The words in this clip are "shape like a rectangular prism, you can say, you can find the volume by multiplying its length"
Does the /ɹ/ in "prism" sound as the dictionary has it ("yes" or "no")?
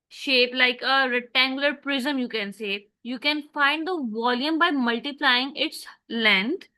yes